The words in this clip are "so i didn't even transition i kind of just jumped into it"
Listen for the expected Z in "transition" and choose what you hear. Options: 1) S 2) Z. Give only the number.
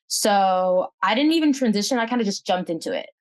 2